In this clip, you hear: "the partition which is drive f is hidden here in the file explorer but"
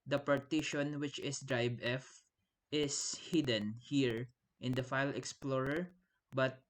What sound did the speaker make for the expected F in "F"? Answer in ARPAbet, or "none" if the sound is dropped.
F